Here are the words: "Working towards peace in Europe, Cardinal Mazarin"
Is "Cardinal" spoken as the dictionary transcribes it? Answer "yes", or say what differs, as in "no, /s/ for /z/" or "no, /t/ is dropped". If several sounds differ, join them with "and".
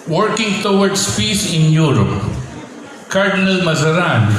yes